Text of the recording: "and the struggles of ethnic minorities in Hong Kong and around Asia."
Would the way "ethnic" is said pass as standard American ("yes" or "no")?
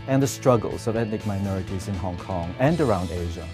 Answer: no